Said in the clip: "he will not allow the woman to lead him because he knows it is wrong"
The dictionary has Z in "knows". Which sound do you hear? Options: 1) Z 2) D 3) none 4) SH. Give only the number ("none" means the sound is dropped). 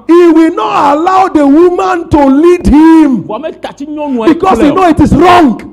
3